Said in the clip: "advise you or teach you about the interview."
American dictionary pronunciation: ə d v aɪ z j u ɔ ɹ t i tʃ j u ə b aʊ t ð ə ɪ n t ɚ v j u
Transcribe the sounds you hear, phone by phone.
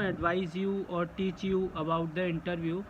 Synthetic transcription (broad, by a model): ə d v aɪ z j u ɔ ɹ t i tʃ j u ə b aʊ t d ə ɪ n t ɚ v j u